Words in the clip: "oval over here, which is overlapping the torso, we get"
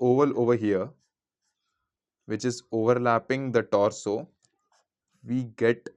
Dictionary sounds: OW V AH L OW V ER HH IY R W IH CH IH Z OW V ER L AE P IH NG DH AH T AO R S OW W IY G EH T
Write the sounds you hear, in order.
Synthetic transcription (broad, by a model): OW V AH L OW V ER HH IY R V IH CH IH Z OW V ER L AE P IH NG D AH T AO R S OW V IY G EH T